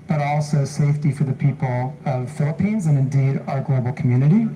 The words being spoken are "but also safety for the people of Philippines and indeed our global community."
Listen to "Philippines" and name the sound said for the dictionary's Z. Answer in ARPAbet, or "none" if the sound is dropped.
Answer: Z